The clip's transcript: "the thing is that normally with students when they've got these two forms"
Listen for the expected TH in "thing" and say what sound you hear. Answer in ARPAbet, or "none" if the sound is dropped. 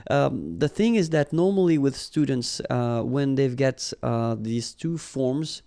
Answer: TH